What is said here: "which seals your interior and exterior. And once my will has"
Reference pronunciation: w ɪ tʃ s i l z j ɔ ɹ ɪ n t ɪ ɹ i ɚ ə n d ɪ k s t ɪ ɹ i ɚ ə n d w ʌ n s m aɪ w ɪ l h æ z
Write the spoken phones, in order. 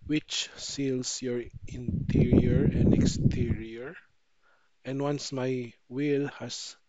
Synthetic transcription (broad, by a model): w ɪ tʃ s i l s j ɔ ɹ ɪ n t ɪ ɹ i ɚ ə n d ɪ k s t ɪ ɹ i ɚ ə n d w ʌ n s m aɪ w ɪ l h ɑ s